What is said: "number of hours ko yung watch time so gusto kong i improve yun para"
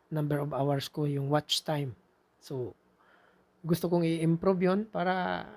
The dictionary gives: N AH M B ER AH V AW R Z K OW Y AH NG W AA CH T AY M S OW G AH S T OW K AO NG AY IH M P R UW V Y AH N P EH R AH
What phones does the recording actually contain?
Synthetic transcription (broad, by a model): N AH M B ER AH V AW R S K OW Y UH NG W AA CH T AY M S OW G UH S T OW K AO NG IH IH M P R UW B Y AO N P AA R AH